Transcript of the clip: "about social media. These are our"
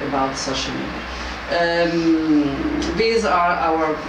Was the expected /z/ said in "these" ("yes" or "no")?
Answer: yes